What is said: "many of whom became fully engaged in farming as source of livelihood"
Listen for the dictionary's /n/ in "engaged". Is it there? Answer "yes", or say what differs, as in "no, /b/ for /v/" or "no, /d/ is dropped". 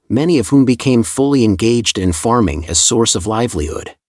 yes